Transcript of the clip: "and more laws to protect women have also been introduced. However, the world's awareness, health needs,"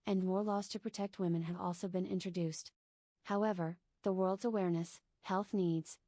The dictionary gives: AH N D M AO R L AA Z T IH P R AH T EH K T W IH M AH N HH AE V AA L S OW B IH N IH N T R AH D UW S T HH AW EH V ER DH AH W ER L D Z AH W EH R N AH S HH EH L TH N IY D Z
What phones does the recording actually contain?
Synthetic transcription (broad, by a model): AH N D M AO R L AA Z T IH P R AH T EH K T W IH M AH N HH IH V AA L S OW B IH N IH N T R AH D UW S T HH AW EH V ER DH AH W ER L D Z AH W EH R N AH S HH EH L TH N IY D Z